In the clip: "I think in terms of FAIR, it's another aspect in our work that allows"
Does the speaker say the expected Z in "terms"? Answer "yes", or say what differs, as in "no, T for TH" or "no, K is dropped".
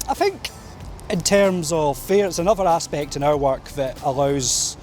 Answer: yes